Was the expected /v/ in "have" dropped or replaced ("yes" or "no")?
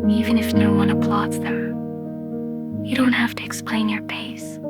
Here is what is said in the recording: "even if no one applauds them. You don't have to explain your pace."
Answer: yes